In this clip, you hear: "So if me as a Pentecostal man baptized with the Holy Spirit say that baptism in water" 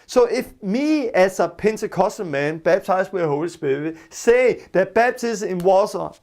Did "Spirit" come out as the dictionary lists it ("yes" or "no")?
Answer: no